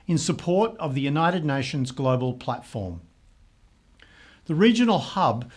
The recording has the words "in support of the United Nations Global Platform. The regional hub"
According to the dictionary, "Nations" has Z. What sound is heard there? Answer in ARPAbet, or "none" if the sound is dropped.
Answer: Z